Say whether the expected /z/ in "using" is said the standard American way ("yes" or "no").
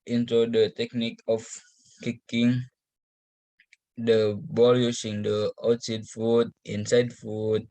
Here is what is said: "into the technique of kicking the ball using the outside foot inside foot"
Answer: no